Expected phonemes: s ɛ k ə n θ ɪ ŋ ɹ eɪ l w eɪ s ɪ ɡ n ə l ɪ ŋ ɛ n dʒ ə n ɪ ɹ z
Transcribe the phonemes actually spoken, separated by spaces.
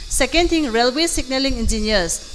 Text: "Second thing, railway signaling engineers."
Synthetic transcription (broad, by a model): s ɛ k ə n t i ŋ ɹ eɪ l w eɪ s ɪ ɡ n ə l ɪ ŋ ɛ n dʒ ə n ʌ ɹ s